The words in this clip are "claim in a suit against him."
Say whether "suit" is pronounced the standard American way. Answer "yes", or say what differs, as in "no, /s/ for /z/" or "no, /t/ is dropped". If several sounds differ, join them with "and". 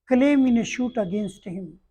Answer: no, /ʃ/ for /s/